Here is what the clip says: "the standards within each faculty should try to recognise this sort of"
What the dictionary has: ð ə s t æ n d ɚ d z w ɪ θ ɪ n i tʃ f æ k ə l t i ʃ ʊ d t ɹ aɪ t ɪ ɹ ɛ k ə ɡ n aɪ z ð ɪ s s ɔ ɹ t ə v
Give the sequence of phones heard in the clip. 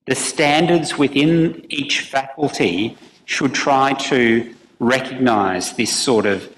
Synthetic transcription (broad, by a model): ð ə s t æ n d ɚ d z w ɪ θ ɪ n i tʃ f æ k l t i ʃ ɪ d t ɹ aɪ t ɪ ɹ ɛ k ə ɡ n aɪ z ð ɪ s s ɔ ɹ t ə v